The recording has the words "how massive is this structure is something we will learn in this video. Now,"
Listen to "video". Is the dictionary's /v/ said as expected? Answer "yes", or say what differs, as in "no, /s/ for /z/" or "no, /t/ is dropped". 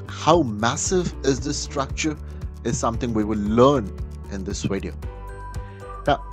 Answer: no, /w/ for /v/